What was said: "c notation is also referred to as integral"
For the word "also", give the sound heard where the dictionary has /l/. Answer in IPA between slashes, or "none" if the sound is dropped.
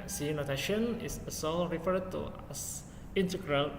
none